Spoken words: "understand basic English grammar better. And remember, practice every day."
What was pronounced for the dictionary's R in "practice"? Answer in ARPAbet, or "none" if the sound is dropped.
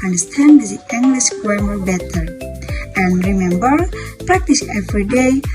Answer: R